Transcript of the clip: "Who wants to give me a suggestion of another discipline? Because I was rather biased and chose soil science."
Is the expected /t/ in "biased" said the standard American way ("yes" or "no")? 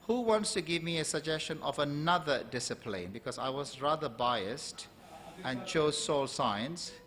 yes